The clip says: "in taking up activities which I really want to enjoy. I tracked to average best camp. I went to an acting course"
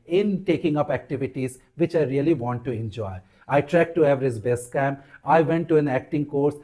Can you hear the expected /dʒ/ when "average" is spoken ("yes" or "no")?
no